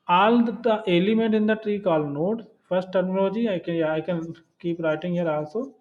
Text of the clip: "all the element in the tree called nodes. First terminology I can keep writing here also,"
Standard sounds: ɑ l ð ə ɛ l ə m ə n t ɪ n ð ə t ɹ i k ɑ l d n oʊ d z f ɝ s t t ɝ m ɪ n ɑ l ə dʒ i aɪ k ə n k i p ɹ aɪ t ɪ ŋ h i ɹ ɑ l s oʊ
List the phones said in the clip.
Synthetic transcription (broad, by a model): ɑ l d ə ɛ l ə m ə n t ɪ n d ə t ɹ i k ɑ l n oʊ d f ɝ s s t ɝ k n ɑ l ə dʒ i aɪ k ə n k i p ɹ aɪ t ɪ ŋ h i ɹ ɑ l s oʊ